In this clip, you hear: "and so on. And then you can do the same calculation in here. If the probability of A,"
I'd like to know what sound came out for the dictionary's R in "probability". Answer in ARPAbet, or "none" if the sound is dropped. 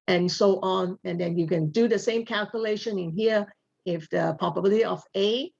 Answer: none